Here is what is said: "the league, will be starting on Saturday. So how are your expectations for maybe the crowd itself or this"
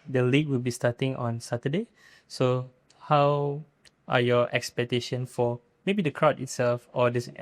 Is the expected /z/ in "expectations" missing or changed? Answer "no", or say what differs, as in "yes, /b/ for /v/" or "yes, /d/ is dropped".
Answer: yes, /z/ is dropped